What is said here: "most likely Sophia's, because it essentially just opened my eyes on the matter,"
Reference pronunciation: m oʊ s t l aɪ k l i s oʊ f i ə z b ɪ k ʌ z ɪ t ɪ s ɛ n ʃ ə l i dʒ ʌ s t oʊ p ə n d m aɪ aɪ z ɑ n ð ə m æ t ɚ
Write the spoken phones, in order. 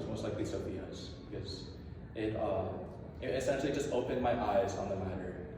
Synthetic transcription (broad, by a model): m oʊ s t l aɪ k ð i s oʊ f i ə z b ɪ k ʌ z ɪ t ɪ s ɛ n ʃ l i dʒ ʌ s t oʊ p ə n m aɪ aɪ z n ð ə m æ t ɚ